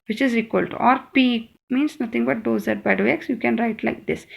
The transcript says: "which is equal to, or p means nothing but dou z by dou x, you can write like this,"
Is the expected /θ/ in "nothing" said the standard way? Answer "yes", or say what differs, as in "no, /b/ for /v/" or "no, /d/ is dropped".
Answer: no, /t/ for /θ/